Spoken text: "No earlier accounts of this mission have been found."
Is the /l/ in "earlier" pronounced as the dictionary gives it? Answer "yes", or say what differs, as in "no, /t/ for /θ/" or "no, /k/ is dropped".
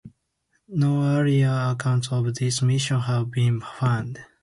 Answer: no, /l/ is dropped